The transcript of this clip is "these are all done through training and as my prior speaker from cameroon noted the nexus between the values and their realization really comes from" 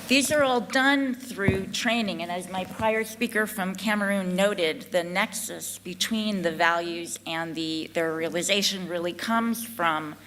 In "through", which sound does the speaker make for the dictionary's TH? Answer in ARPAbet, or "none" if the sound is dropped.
TH